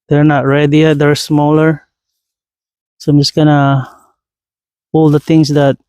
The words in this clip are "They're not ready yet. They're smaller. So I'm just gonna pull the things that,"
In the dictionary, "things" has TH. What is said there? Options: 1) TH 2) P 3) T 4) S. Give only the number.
3